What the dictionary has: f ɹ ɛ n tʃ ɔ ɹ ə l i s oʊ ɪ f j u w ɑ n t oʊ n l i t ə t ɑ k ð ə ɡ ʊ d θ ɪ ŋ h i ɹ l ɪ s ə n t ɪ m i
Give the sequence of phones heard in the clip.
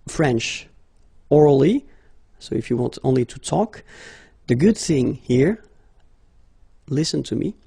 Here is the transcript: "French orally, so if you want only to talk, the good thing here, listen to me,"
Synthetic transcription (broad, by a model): f ɹ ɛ n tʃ ɔ ɹ l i s oʊ ɪ f j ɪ w ɑ n t oʊ n l i t ə t ɑ k ð ə ɡ ʊ d θ ɪ ŋ h i ɹ l ɪ s ə n t ɪ m i